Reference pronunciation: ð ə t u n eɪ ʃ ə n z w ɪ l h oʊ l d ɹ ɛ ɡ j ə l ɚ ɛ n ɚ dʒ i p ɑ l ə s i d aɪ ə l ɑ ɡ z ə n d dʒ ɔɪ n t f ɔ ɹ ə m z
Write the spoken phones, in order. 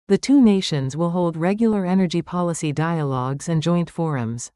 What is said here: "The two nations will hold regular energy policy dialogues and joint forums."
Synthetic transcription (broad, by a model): ð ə t u n eɪ ʃ ə n z w ɪ l h oʊ l d ɹ ɛ ɡ j l ɚ ɛ n ɚ dʒ i p ɑ l ə s i d aɪ ə l ɑ ɡ z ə n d dʒ ɔɪ n t f ɔ ɹ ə m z